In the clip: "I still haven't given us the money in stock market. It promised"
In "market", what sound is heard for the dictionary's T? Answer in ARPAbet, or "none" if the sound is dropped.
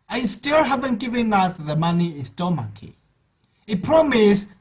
none